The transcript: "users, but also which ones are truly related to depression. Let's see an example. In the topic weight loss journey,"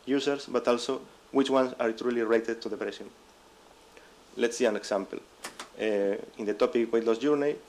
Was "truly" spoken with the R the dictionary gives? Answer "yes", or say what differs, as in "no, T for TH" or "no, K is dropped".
yes